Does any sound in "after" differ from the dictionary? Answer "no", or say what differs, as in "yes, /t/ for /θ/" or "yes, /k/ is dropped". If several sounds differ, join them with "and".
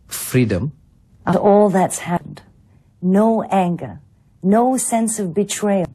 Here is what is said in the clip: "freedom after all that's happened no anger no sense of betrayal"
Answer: yes, /f/ is dropped